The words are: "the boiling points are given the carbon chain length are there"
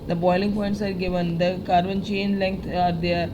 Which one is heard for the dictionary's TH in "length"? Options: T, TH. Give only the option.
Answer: T